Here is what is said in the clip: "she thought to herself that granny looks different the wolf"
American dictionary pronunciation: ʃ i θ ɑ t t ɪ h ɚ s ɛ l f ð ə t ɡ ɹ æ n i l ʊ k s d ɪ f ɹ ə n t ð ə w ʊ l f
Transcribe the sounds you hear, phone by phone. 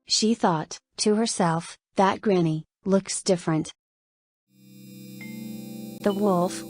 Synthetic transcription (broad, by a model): ʃ i θ ɑ t t ɪ h ɚ s ɛ l f ð ə t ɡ ɹ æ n i l ʊ k s d ɪ f ɹ ə n t ð ə w ʊ l f